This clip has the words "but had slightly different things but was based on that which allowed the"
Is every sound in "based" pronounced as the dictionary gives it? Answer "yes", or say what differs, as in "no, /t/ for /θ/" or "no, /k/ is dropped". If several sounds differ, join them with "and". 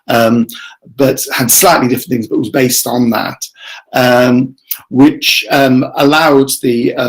yes